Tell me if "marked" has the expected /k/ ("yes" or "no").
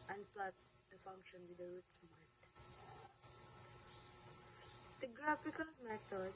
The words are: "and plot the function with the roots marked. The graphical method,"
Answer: no